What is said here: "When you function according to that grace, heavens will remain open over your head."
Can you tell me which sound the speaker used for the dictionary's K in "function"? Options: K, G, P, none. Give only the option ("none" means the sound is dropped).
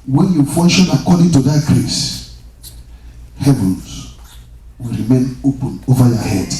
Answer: none